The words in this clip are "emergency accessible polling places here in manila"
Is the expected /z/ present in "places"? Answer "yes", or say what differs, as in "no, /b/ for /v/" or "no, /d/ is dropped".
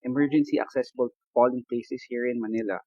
no, /s/ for /z/